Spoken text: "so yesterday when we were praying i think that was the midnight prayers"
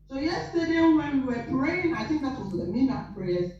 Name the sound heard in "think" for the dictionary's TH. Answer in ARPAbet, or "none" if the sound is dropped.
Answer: TH